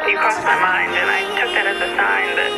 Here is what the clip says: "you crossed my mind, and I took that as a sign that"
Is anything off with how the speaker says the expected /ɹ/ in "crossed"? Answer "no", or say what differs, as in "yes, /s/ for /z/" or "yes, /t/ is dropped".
yes, /ɹ/ is dropped